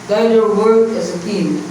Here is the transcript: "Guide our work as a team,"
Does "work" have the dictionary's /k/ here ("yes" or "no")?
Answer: no